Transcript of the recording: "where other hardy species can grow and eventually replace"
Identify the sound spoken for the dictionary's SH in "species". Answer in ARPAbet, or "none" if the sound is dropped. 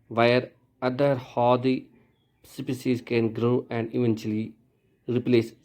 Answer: S